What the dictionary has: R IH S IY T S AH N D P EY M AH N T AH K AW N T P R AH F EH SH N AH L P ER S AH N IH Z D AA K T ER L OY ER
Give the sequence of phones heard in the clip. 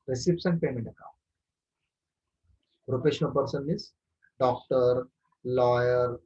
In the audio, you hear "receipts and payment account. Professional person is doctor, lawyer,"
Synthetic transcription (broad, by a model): R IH S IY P S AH N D P EY M AH N T AH K AW N T R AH P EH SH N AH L P ER S AH N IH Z D AA K T ER L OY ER